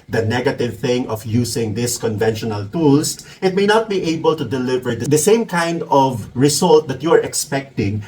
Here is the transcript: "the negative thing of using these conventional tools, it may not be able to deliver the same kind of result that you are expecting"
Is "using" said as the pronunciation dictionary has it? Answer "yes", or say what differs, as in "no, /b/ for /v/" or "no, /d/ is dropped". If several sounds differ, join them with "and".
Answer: no, /s/ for /z/